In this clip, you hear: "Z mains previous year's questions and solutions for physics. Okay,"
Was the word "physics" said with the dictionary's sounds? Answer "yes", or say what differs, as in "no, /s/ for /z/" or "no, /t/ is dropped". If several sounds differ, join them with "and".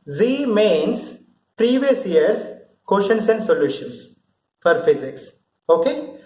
yes